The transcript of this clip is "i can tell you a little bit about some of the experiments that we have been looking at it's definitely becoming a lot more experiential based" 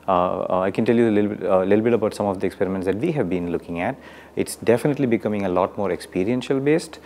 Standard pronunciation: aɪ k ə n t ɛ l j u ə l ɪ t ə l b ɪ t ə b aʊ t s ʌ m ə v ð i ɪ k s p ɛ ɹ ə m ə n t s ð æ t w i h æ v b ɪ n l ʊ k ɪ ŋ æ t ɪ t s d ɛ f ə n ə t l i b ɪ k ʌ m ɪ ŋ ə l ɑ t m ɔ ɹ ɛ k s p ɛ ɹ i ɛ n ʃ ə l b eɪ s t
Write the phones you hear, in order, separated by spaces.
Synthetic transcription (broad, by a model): aɪ k ə n t ɛ l j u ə l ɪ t l b ɪ t ə b aʊ t s ʌ m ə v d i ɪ k s p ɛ ɹ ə m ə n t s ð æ t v i h æ v b ɪ n l ʊ k ɪ ŋ æ t ɪ t s d ɛ f ə n ə t l i b ɪ k ʌ m ɪ ŋ ə l ɑ t m ɔ ɹ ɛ k s p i ɹ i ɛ n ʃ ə l b eɪ s t